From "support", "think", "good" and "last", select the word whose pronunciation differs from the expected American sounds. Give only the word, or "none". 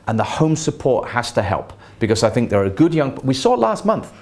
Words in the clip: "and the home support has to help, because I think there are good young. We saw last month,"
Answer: none